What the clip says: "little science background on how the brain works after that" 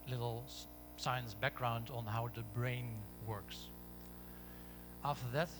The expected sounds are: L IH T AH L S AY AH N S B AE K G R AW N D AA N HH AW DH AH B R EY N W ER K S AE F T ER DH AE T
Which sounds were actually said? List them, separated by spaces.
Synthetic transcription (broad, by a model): L IH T L S AY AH N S B AE K G R AW N D N HH AW DH AH B R EY N W ER K S AE F T ER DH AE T